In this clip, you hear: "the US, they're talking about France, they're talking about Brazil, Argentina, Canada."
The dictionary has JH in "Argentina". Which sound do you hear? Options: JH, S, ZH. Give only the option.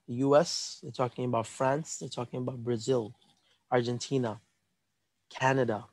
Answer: JH